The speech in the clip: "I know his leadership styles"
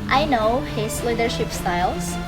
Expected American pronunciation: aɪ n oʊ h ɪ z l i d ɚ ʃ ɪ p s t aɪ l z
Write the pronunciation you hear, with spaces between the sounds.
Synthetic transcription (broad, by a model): aɪ n oʊ h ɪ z l i d ɚ ʃ ɪ p s t aɪ l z